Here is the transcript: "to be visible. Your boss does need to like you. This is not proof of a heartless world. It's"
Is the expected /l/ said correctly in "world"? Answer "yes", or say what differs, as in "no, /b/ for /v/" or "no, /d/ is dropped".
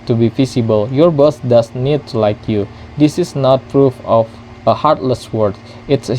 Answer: no, /l/ is dropped